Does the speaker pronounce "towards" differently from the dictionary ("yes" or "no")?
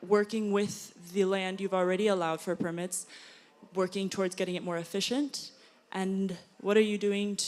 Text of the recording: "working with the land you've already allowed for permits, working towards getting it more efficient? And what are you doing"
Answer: no